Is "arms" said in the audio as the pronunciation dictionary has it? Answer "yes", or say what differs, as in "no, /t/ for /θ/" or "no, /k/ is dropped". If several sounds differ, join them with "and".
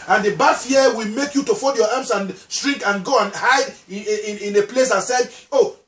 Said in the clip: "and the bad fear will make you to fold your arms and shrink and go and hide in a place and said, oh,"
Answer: no, /s/ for /z/